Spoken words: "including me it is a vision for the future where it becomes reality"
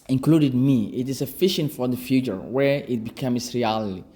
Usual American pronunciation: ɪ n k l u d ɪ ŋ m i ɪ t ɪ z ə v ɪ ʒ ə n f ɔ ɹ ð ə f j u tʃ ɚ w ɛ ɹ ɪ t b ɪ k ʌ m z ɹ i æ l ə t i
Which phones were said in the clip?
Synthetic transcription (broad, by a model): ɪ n k l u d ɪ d m i ɪ t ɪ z ə f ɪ ʃ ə n f ɔ ɹ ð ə f j u tʃ ɚ w ɛ ɹ ɪ t b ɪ k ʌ m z ɹ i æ l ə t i